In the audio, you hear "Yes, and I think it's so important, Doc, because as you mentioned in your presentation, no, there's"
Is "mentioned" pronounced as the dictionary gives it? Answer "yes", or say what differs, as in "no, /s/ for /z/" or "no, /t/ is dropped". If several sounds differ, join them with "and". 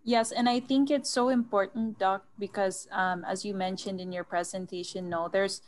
yes